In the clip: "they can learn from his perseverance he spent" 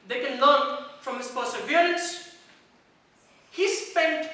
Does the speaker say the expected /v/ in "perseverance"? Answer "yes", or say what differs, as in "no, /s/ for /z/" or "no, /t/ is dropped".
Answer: no, /b/ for /v/